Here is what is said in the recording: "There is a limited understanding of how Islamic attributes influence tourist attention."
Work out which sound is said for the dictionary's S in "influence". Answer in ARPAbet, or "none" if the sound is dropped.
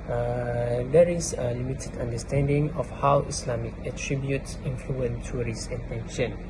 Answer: none